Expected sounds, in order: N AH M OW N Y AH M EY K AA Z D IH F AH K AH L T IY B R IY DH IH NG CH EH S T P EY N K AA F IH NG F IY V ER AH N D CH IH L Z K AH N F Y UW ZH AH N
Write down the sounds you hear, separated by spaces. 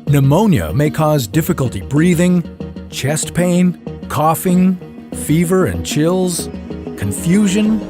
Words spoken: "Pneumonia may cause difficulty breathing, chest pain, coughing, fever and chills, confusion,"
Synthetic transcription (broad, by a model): N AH M OW N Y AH M EY K AA Z D IH F AH K AH L T IY B R IY DH IH NG CH EH S T P EY N K AA F IH NG F IY V ER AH N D CH IH L Z K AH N F Y UW ZH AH N